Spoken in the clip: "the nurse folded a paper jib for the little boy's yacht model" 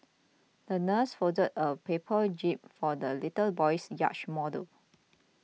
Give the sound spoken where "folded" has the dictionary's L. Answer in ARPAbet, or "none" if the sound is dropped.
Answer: none